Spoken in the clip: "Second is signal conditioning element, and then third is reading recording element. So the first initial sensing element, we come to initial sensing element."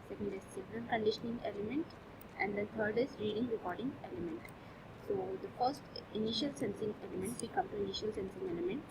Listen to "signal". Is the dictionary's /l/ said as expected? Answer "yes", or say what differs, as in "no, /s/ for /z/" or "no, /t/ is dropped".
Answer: no, /n/ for /l/